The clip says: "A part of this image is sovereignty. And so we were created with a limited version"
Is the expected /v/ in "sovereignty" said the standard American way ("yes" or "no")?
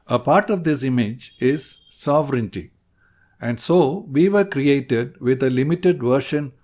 yes